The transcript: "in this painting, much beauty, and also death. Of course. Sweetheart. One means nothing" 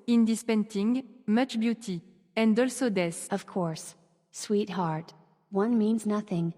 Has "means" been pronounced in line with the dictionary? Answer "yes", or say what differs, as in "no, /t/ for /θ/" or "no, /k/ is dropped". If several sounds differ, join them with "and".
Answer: yes